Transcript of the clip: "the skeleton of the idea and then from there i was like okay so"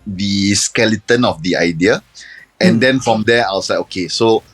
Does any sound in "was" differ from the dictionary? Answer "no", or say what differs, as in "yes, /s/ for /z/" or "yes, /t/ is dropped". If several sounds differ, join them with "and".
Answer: yes, /s/ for /z/